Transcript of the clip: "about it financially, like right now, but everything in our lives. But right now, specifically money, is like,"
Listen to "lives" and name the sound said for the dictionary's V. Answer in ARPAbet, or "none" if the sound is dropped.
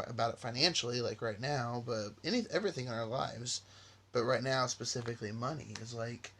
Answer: V